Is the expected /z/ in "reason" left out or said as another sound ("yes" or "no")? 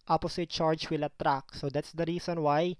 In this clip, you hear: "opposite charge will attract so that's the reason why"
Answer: yes